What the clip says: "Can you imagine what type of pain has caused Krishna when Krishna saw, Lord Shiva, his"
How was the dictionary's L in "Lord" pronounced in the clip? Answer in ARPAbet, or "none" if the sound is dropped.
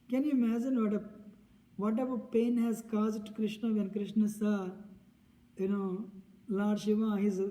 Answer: N